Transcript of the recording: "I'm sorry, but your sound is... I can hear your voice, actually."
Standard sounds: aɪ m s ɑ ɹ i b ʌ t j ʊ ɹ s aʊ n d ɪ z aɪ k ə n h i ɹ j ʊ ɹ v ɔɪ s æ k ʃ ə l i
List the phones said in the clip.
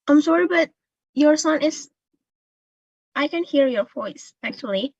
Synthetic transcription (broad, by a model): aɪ m s ɑ ɹ i b ʌ t j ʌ ɹ s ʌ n ɪ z aɪ k ə n h i ɹ j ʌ ɹ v ɔɪ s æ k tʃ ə l i